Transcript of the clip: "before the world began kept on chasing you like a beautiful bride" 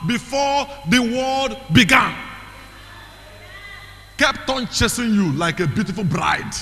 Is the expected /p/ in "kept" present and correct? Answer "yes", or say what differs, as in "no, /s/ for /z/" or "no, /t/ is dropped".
yes